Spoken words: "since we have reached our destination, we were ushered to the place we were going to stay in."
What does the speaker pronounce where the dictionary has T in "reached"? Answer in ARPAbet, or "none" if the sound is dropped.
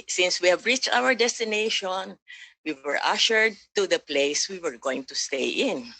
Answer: T